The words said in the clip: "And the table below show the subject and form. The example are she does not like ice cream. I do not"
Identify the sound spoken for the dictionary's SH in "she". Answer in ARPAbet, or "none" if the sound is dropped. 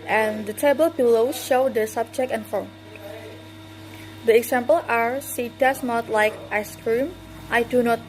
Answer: S